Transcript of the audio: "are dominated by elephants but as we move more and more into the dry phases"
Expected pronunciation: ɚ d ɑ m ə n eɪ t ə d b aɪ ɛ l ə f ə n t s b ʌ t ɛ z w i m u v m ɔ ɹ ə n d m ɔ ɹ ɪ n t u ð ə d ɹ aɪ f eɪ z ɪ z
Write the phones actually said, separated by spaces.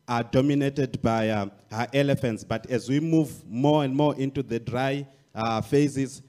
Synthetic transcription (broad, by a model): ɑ d ɑ m ə n eɪ t ə d b aɪ ɛ l ə f ə n t s b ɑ t ɛ z w i m u v m ɔ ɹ ə n d m ɔ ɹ ɪ n t u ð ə d ɹ aɪ f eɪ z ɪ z